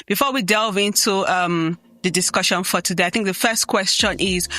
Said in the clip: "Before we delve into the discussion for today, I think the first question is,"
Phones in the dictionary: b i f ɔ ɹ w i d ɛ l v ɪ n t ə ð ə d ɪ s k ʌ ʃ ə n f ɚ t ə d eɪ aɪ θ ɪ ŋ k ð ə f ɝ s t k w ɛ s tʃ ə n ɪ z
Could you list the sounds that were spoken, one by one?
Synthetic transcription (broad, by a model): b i f ɔ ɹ w i d ɛ l v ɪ n t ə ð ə d ɪ s k ʌ ʃ ə n f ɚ t ə d eɪ aɪ θ ɪ ŋ k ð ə f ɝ s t k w ɛ s tʃ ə n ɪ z